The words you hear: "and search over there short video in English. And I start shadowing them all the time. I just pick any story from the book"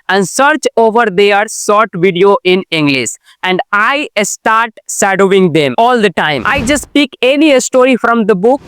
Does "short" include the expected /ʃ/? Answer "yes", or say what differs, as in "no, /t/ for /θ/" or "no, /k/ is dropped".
no, /s/ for /ʃ/